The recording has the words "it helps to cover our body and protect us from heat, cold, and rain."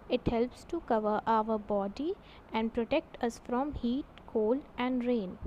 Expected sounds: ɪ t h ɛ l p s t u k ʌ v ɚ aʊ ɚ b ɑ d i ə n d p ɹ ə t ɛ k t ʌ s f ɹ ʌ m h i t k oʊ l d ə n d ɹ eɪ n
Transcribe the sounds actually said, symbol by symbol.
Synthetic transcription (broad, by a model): ɪ t h ɛ l p s t u k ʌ v ɚ aʊ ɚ b ɑ d i ə n d p ɹ ə t ɛ k t ʌ s f ɹ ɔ m h i t k oʊ l ə n d ɹ eɪ n